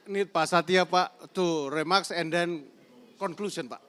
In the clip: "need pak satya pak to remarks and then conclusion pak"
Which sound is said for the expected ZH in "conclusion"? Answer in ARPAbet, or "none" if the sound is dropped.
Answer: S